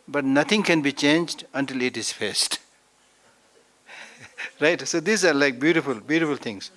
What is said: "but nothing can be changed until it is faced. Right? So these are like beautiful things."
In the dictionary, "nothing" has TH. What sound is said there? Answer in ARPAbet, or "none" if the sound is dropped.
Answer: T